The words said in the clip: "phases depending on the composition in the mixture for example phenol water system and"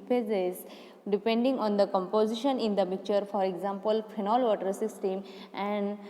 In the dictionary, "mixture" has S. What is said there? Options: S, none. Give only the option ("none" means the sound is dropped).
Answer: none